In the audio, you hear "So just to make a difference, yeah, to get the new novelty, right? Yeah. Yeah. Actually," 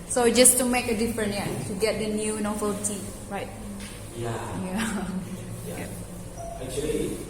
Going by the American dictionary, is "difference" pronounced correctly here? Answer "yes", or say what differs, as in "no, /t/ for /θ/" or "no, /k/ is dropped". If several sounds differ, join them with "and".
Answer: no, /s/ is dropped